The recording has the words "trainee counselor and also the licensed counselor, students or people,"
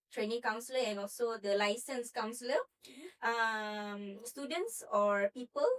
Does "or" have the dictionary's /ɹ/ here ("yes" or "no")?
yes